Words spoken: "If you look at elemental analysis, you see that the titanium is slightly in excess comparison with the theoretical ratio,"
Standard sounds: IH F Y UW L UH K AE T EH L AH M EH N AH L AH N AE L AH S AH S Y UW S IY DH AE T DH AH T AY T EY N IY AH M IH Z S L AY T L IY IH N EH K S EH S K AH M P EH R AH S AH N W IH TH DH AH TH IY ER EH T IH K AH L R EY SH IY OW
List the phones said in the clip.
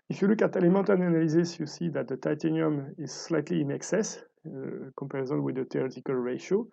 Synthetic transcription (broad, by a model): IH F Y UW L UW K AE T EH L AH M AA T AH N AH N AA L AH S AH S Y UW S IY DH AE T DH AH T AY T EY N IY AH M IH Z S L AY T L IY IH N EH K S EH S K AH M P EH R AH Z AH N W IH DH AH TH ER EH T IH K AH L R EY SH OW